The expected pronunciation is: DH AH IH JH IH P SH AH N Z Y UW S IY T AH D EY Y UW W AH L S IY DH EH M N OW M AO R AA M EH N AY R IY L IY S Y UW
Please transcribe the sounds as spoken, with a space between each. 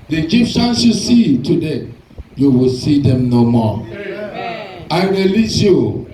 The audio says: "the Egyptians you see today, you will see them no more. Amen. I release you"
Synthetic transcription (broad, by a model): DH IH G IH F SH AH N S Y UW S IY T AH D EY Y UW W AH L S IY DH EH M N OW M AO AA IH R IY L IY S Y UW